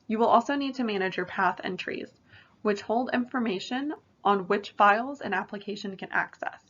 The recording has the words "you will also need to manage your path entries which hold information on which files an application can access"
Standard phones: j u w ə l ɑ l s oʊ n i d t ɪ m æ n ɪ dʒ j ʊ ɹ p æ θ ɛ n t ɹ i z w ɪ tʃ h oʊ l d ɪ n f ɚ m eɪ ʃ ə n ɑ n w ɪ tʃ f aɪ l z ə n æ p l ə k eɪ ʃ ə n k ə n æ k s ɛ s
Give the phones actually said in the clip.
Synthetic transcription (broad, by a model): j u w ə l ɑ l s oʊ n i d t ɪ m æ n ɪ dʒ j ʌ ɹ p æ θ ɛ n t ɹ i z w ɪ tʃ h oʊ l d ɪ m f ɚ m eɪ ʃ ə n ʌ n w ɪ tʃ f aɪ l z ə n æ p l ə k eɪ ʃ ə n k ə n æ k s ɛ s